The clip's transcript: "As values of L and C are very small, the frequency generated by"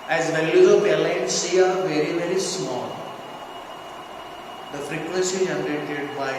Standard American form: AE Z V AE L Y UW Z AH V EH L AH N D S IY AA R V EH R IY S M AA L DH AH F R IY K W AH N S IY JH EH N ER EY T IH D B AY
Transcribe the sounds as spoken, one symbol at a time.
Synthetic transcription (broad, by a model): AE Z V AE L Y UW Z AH P EH L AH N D S IY AA R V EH R IY S M AA L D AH F R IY K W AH N S IY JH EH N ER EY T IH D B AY